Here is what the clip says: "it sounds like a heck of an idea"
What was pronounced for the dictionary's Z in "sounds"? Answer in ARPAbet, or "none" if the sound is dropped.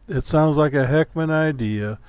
Z